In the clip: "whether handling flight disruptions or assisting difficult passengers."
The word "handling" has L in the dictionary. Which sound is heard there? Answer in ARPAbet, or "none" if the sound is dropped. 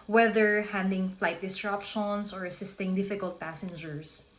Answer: none